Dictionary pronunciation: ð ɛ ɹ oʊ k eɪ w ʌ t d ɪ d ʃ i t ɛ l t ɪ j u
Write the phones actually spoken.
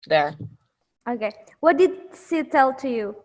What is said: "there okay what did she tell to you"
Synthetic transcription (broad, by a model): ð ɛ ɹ oʊ k eɪ w ʌ t d ɪ d s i t ɛ l t ɪ j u